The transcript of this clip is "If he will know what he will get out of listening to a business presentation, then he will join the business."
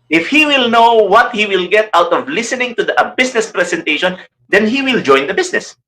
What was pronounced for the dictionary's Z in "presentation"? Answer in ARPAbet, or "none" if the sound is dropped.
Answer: S